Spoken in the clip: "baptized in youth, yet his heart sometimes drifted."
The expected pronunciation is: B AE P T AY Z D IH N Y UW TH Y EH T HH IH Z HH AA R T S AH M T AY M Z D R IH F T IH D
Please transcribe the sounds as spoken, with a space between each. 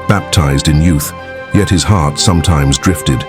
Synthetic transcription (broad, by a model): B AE P T AY Z D IH N Y UW TH Y EH T HH IH Z HH AA R T S AH M T AY M Z D R IH F T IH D